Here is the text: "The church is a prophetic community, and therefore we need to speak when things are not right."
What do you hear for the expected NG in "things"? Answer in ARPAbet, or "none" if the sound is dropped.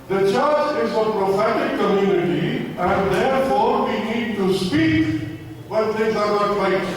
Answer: none